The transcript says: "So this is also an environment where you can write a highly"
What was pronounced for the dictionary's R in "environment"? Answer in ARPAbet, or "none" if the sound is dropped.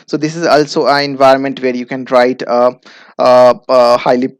R